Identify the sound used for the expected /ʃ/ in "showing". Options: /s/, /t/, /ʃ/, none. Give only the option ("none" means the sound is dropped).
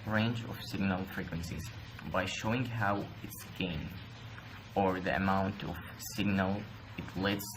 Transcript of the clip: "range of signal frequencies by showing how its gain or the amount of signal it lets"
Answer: /ʃ/